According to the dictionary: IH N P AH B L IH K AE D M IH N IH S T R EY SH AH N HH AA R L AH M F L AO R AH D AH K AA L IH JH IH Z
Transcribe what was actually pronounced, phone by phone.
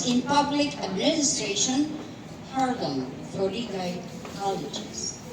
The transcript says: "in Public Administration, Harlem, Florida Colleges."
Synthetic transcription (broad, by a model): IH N P AH B L IH K AE D M IH N IH S T R EY SH AH N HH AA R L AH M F AO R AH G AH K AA L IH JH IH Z